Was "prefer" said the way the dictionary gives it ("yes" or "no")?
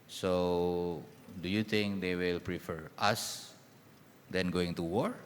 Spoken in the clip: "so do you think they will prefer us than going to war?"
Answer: yes